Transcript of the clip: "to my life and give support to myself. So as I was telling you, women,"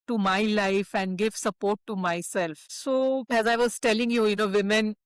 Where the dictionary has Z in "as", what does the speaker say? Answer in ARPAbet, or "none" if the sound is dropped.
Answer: Z